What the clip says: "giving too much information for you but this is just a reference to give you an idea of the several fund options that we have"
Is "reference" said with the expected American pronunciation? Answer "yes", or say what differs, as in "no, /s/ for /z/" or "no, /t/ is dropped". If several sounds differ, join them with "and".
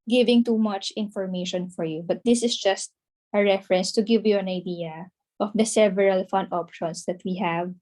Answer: yes